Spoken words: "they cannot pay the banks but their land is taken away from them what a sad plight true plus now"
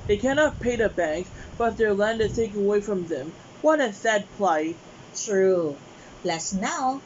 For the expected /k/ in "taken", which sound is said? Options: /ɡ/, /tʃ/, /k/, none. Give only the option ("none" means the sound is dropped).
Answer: none